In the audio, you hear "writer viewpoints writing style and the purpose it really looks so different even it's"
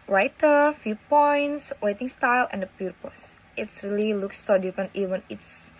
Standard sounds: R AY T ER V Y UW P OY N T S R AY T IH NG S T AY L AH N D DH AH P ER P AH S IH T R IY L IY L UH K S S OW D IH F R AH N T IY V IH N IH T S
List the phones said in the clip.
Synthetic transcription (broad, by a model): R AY T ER F Y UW P OY N T S W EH T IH NG S T AY L AH N D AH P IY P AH S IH T R IY L IY L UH K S S OW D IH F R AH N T IY V IH N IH T S